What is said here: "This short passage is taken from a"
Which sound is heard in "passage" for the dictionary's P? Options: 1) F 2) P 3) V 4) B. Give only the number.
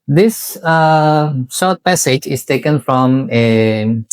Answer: 2